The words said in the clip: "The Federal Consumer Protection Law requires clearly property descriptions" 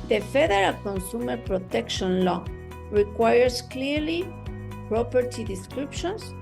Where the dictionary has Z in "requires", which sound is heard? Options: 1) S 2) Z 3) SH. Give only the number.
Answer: 1